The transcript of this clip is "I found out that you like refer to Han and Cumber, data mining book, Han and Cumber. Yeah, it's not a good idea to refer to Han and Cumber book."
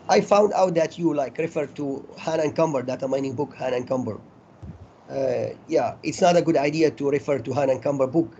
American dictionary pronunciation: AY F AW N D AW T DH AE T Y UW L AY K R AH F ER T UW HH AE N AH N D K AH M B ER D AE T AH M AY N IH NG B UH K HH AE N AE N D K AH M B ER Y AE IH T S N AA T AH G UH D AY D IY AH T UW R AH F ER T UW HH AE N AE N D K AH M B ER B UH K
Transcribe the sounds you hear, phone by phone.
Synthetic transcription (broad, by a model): AY F AW N D AW T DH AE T Y UW L AY K R AH F ER T UW HH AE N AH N K AH M B ER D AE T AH M AY N IH NG B UH K HH AE N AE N K AH M B ER Y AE IH T S N AA T AH G UH D AY D IY AH T UW R AH F ER T UW HH AE N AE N K AH M B ER B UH K